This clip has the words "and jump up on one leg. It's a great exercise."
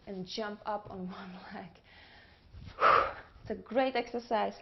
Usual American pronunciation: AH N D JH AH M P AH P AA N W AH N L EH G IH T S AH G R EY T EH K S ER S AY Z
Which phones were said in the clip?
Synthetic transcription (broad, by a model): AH N JH AH M P AH P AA N W AH N L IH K IH T S AH G R EY T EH K S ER S AY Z